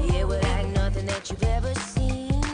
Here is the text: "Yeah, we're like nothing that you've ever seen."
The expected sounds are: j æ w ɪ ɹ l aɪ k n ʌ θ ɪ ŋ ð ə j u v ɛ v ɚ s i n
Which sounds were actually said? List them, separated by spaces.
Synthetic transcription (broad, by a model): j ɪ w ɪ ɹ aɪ n ʌ θ ɪ ŋ ð ə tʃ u v ɛ v ɚ s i n